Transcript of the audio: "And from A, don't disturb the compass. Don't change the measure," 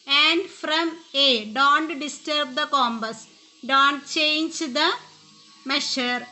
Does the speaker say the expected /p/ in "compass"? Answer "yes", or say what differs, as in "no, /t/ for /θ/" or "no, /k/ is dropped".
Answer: no, /b/ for /p/